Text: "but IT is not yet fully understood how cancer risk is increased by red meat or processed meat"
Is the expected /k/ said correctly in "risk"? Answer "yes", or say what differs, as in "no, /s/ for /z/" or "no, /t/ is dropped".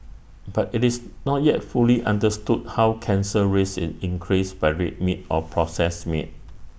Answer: no, /k/ is dropped